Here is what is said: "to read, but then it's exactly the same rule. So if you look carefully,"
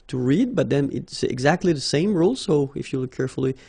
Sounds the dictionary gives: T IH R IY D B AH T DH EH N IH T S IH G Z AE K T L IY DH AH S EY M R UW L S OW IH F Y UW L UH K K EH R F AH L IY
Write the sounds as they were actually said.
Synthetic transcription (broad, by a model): T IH R IY D B AH T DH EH N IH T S IH G Z AE K T L IY DH AH S EY M R UW L S OW IH F Y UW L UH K K EH R F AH L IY